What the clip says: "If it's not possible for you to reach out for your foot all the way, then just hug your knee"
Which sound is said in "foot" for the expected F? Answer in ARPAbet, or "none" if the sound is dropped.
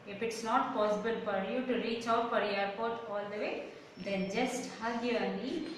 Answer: P